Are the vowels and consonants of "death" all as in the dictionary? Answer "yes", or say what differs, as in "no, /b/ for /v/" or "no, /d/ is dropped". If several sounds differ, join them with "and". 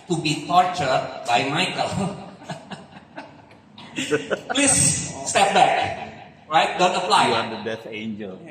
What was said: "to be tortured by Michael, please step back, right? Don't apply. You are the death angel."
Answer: no, /s/ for /θ/